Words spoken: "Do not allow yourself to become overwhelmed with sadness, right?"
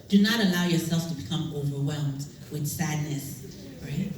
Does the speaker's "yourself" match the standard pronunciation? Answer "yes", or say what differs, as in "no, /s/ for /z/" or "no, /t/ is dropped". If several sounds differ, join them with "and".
yes